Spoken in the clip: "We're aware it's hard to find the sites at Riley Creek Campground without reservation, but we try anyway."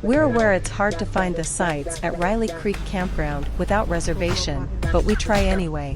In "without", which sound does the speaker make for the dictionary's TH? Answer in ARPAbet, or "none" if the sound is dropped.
TH